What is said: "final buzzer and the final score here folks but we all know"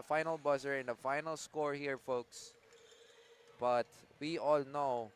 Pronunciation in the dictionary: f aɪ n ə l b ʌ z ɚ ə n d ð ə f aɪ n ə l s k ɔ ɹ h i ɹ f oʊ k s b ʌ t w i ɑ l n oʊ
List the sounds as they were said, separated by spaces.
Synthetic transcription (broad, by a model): f aɪ n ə l b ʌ s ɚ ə n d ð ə f aɪ n ə l s k ɔ ɹ h i ɹ f oʊ k s b ʌ t w i ɑ l n oʊ